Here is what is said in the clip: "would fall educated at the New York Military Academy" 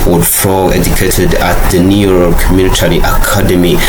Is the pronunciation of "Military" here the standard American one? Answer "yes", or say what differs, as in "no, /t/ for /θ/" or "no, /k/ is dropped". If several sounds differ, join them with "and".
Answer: no, /n/ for /l/